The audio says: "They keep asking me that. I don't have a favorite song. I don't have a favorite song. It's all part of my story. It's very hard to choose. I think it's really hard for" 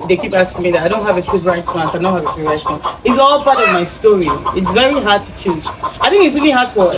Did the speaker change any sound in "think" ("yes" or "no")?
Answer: no